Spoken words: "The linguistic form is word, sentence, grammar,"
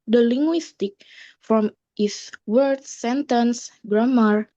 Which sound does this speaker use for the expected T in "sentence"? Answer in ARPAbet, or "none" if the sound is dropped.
T